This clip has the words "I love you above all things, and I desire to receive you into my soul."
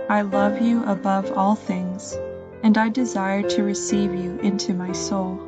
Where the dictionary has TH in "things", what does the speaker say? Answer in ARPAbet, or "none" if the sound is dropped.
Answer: TH